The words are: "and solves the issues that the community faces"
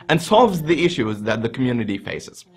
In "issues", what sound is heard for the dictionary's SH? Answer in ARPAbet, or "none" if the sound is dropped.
SH